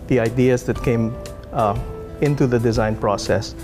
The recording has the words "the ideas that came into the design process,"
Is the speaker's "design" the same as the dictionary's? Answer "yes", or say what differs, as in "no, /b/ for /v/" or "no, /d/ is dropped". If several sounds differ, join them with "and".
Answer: yes